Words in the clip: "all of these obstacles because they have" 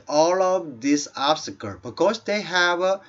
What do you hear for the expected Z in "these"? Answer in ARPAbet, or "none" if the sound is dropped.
S